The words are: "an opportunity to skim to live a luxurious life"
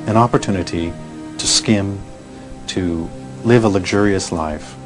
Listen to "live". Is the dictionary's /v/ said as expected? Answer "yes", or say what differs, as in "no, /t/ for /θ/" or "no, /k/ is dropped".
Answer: yes